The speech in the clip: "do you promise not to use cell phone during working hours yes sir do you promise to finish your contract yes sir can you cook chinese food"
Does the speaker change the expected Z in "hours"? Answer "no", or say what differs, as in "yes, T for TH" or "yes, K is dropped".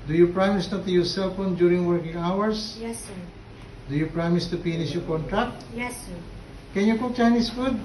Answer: yes, S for Z